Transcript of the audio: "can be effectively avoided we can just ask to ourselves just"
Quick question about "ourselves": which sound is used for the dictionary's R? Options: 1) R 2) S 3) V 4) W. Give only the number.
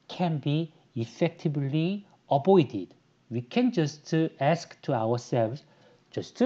4